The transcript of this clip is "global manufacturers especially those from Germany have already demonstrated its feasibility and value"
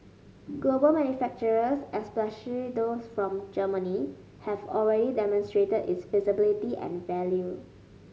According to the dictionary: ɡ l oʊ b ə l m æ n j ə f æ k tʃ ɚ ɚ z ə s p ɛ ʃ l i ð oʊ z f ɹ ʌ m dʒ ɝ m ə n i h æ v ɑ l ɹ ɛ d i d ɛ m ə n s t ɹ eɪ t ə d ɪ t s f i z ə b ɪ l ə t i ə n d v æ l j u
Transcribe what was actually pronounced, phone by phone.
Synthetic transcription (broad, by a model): ɡ l oʊ b ə l m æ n j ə f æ k tʃ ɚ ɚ s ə s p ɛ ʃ i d oʊ s f ɹ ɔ m dʒ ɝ m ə n i h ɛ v ɑ l ɹ ɛ d i d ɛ m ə n s t ɹ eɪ t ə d ɪ t s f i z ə b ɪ l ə t i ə n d v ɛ l j u